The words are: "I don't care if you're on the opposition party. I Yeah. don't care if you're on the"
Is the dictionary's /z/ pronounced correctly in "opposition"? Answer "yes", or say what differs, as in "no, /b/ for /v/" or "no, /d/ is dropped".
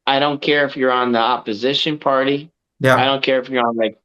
yes